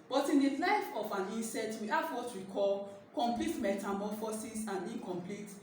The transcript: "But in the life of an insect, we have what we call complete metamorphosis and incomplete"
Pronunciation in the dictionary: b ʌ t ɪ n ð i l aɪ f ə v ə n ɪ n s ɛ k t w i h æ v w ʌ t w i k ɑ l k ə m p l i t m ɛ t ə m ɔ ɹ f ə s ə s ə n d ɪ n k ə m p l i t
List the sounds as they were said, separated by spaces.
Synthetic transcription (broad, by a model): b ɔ t ɪ n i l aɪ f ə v ə n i n s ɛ t w i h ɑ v w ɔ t w i k ɑ l k ə m p l i t m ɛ t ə m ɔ f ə s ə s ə n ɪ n k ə m p l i t